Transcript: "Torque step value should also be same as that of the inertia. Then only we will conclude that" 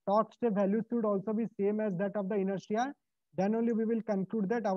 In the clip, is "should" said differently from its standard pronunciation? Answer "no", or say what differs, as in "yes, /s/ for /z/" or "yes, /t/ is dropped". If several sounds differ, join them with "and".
yes, /s/ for /ʃ/